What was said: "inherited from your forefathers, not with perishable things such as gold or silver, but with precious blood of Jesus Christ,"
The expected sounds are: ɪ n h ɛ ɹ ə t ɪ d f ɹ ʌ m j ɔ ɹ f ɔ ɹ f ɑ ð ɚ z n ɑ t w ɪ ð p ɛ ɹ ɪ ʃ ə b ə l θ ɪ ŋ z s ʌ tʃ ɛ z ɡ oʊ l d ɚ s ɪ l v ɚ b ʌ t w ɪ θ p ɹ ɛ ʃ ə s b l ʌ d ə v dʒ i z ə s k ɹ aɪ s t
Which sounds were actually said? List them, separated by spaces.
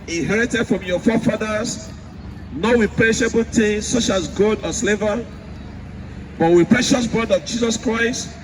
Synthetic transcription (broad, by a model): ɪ n h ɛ ɹ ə t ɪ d f ɹ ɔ m j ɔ f ɔ f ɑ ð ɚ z n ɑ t w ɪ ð p ɹ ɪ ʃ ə b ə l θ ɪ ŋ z s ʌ tʃ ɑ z ɡ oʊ d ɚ s l v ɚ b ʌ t w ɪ p ɹ ɛ ʃ ə s b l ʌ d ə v dʒ i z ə s k ɹ aɪ s t